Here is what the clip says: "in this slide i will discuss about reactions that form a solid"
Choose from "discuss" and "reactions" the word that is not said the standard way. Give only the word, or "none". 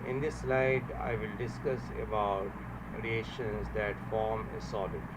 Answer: reactions